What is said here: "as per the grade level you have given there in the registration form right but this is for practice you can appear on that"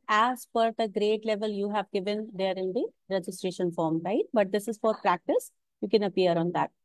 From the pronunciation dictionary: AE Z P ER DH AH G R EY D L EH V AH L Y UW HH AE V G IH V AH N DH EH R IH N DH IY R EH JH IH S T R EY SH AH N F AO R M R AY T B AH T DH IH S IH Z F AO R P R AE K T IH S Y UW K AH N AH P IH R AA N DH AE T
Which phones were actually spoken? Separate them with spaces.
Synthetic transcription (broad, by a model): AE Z F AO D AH G R EY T L EH V AH L Y UW HH AE V G IH V AH N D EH R IH N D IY R EH JH IH S T R EY SH AH N F AO R M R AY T B AH T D IH S IH Z F AO R P R AE K T IH S Y UW K AH N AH P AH R AA N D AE T